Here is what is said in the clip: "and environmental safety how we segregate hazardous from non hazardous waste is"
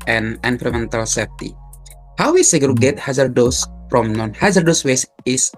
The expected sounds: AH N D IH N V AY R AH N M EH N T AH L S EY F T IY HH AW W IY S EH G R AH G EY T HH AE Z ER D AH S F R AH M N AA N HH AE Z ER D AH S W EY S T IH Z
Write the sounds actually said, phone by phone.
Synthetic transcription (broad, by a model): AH N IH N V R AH M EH N T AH L S EY F T IY HH AW W IY S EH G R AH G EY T HH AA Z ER D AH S F R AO M N AA N HH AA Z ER D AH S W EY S IH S